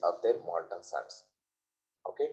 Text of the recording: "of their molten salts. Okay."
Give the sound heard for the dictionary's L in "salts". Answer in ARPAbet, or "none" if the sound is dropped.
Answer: none